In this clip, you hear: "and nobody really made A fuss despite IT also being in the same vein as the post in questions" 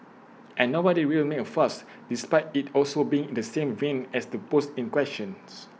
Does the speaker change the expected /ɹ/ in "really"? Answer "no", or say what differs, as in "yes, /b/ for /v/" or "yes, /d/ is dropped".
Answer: yes, /w/ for /ɹ/